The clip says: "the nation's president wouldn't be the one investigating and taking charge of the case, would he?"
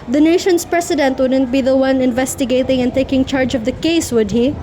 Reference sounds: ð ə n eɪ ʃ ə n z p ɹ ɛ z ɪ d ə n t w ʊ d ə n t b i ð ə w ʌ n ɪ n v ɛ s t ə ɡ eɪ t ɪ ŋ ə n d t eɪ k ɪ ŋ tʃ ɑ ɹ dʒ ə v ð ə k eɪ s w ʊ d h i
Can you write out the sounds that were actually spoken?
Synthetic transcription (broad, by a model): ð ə n eɪ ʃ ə n s p ɹ ɛ s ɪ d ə n t w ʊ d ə n t b i ð ə w ʌ n ɪ n v ɛ s t ə ɡ eɪ t ɪ ŋ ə n t eɪ k ɪ ŋ tʃ ɑ ɹ dʒ ə v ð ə k eɪ s w ʊ d h i